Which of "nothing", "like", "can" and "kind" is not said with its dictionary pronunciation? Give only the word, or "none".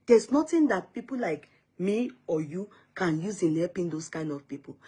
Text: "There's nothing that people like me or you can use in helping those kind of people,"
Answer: nothing